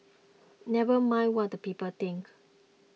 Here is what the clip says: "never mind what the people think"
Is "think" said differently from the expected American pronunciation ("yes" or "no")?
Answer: yes